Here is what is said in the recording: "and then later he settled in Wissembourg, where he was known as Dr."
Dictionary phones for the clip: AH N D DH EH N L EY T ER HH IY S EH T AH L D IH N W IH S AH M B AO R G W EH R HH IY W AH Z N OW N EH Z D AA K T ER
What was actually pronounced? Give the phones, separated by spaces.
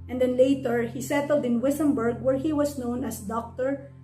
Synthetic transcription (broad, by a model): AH N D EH N L EY T ER HH IY S EH T AH L D IH N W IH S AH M B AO R G W EH R HH IY W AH S N OW N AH S D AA K T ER